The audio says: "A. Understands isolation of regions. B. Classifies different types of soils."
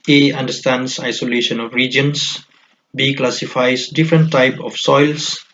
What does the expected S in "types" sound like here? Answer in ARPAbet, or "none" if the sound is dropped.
none